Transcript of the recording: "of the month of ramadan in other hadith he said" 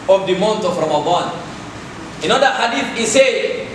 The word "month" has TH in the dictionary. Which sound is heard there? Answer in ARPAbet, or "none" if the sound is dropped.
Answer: T